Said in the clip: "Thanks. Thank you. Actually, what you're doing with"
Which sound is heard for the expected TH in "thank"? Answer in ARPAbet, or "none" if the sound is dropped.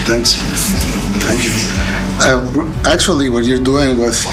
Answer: T